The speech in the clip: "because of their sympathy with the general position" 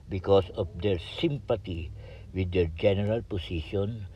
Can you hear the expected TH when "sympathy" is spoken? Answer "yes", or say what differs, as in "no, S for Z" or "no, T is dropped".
no, T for TH